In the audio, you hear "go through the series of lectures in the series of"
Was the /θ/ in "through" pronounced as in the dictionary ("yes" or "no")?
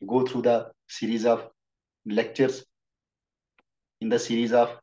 no